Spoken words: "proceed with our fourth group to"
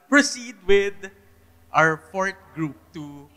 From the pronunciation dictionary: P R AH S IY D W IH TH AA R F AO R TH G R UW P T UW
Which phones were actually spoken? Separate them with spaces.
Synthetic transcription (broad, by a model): P R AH S IY D W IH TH AA R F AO R T G R UW P T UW